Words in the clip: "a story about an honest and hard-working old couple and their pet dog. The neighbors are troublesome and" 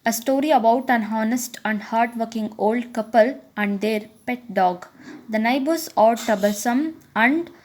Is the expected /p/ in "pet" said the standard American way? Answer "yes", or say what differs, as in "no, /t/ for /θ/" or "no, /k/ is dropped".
yes